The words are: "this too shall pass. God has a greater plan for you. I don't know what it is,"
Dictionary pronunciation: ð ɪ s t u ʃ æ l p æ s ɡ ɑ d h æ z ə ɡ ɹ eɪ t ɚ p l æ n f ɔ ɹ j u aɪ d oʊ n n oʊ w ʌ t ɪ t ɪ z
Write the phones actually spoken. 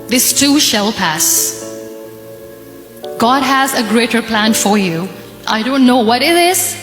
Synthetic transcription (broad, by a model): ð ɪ s t u ʃ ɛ l p æ s ɡ ɑ d h æ z ə ɡ ɹ eɪ t ɚ p l æ n f ɔ ɹ j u aɪ d oʊ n n oʊ w ʌ t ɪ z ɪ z